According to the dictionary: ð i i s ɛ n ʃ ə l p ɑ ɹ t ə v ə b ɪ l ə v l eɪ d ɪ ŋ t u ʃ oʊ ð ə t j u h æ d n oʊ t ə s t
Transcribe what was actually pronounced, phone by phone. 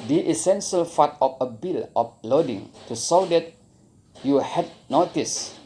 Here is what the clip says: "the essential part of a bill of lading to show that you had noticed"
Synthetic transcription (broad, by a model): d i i s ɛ n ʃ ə l f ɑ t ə f ə b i l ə f l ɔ d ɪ ŋ t u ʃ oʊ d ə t j u h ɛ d n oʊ t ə s